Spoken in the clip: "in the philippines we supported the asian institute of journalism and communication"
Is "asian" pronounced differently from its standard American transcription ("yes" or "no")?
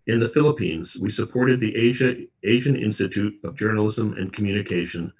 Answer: no